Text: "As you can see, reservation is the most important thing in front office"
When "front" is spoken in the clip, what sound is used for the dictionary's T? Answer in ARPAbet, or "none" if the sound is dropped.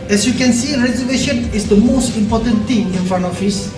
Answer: none